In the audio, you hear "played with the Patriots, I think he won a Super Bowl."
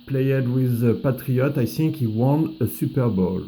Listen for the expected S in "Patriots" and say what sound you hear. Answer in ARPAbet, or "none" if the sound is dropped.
none